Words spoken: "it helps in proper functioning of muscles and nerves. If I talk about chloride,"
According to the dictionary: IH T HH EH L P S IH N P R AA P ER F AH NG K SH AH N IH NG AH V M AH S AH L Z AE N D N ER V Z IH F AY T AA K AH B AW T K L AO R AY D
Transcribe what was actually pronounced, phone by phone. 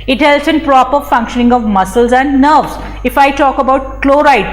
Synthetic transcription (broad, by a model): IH T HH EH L S IH N P R AA P ER F AH NG K SH AH N IH NG AH V M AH S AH L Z AE N D N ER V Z IH F AY T AA K AH B AW T K L AO R AY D